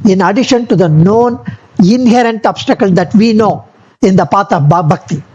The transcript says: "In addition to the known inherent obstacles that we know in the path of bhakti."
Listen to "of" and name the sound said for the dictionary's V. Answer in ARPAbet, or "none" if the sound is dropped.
B